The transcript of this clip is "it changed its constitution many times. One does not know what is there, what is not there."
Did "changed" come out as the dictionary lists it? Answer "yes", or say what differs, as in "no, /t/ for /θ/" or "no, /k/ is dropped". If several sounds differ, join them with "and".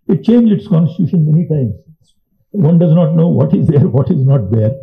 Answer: no, /d/ is dropped